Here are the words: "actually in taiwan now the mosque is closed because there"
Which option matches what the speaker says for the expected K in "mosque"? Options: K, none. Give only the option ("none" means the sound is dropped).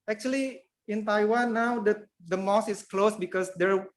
none